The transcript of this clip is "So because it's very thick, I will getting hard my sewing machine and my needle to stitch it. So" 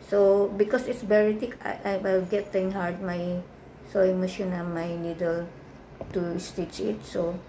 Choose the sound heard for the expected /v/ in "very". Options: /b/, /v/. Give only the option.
/b/